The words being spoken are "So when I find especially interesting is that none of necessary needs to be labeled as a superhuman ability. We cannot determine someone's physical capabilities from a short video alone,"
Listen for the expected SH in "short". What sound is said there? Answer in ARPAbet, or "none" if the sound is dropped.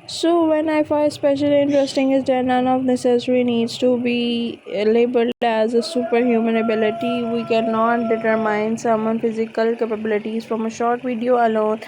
SH